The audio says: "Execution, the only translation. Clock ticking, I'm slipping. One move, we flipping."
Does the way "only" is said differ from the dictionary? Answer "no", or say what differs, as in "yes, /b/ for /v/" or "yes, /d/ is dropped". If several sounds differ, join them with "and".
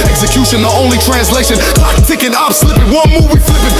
no